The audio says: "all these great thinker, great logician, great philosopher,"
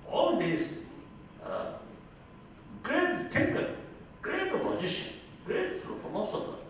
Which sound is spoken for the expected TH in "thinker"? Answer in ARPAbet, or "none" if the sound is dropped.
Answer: T